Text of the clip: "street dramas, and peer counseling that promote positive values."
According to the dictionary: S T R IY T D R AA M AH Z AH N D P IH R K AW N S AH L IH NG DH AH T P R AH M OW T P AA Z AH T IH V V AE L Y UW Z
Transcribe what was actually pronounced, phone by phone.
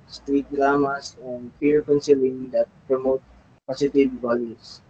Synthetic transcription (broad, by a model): S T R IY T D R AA M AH S AH N D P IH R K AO N S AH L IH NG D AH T P R AH M OW T P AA S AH T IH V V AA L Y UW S